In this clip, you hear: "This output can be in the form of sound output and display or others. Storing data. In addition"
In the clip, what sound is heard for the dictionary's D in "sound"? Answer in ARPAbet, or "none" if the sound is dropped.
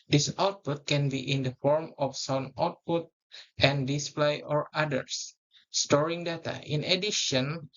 none